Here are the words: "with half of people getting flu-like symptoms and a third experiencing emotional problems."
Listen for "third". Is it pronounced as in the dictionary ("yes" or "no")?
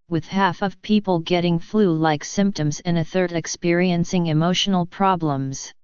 yes